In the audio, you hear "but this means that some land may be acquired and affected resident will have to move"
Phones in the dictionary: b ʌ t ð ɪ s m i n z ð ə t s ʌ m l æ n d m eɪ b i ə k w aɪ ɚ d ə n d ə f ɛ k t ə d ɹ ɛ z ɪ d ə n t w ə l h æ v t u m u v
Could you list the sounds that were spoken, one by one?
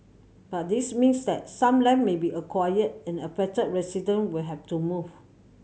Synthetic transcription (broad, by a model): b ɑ t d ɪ s m i n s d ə t s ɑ m l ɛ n m eɪ b i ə k w aɪ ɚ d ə n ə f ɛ t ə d ɹ ɛ s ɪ d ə n w ə l h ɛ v t u m u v